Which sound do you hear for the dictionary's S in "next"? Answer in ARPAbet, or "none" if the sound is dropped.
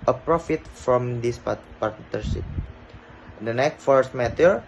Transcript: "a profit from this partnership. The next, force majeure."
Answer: none